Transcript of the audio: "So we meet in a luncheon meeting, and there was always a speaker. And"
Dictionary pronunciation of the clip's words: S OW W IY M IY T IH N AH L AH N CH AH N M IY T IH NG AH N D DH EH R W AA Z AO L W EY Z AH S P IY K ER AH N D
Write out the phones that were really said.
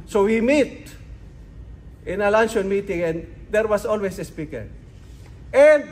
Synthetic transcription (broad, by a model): S OW W IY M IY T IH N AH L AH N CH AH N M IY T IH NG AH N D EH R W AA S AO L W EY S AH S P IY K ER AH N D